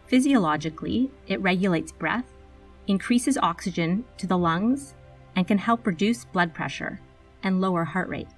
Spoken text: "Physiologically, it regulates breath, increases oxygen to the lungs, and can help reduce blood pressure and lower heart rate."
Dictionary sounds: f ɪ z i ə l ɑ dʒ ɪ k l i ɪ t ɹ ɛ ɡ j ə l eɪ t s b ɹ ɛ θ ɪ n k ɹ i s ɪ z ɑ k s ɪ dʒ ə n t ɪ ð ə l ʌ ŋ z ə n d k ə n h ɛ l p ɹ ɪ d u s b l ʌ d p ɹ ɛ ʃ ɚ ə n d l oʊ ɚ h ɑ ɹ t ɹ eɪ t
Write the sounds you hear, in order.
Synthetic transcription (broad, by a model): f ɪ z i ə l ɑ dʒ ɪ k l i ɪ t ɹ ɛ ɡ j ə l eɪ t s b ɹ ɛ θ ɪ n k ɹ i s ɪ z ɑ k s ɪ dʒ ə n t ɪ ð ə l ʌ ŋ z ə n k ə n h ɛ l p ɹ ɪ d u s b l ʌ d p ɹ ɛ ʃ ɚ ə n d l oʊ ɚ h ɑ ɹ t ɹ eɪ t